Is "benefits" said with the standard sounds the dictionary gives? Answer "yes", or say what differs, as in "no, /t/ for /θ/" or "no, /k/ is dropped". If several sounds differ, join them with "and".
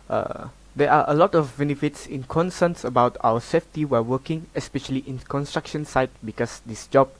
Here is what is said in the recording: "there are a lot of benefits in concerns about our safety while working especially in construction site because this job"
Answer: yes